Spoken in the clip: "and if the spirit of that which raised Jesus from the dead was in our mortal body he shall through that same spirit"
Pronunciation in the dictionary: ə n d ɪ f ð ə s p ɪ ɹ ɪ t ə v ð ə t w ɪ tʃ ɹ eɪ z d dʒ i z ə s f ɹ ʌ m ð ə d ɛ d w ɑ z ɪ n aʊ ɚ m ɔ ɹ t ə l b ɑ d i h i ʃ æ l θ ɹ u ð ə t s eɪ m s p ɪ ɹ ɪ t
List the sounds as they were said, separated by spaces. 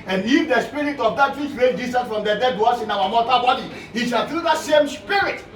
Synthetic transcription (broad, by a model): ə n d ɪ f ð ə s p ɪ ɹ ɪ t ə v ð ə t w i tʃ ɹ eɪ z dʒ i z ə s f ɹ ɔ m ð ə d ɛ d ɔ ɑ s ɪ n aʊ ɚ m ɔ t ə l b ɑ d i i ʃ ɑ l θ ɹ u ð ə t s eɪ m s p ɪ ɹ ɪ t